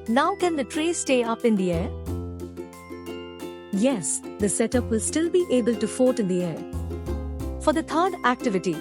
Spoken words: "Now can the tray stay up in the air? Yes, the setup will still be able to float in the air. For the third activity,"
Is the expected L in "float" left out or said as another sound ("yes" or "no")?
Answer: yes